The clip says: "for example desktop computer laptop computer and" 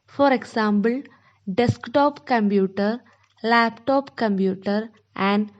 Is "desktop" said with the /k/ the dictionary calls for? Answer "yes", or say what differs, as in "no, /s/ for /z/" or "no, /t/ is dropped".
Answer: yes